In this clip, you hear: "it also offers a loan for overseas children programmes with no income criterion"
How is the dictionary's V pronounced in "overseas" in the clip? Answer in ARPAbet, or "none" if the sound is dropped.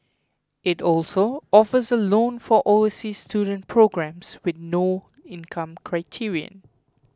none